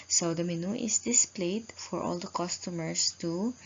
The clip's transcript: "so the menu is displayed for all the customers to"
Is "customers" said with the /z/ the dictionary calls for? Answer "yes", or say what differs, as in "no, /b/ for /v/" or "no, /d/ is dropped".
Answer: no, /s/ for /z/